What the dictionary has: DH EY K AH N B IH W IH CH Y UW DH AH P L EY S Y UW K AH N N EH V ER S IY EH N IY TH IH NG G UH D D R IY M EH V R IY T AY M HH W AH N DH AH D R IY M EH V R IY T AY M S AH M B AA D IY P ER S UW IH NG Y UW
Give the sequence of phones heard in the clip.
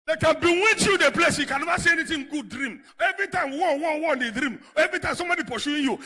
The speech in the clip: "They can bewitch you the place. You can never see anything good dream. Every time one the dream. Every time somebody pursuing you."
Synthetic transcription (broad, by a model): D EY K AH N B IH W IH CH Y UW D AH P L EY S Y UW K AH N N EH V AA S IY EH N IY T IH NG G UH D D R IY M EH V R IY T AY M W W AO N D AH D R IY M EH V R IY T AY M S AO M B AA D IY P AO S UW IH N Y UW